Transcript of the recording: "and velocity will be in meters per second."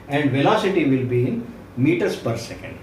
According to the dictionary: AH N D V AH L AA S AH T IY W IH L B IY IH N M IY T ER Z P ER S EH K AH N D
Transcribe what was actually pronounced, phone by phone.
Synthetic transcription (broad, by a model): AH N D V AH L AA S AH T IY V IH L B IY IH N M IY T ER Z P ER S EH K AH N D